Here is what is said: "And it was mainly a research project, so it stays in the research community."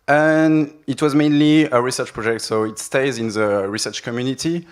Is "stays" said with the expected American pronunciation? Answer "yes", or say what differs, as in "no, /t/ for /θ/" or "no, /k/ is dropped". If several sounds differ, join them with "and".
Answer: yes